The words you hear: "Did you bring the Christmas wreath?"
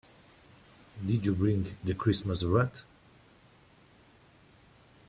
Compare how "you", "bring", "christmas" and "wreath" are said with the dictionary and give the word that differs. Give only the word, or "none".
wreath